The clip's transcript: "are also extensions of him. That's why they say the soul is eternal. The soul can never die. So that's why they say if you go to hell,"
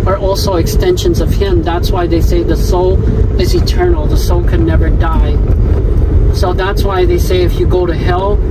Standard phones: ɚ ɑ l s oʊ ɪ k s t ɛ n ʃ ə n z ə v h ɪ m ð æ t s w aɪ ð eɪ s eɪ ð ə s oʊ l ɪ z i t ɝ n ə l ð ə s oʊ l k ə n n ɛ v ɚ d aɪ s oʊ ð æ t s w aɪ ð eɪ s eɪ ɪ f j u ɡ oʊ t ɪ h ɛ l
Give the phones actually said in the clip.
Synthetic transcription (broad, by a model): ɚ ɑ l s oʊ ɪ k s t ɛ n ʃ ə n z ə v h ɪ m ð æ t s w aɪ ð eɪ s eɪ ð ə s oʊ l ɪ z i t ɝ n l ð ə s oʊ l k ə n n ɛ v ɚ d aɪ s oʊ ð æ t s w aɪ ð eɪ s eɪ ɪ f j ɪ ɡ oʊ t ɪ h ɛ l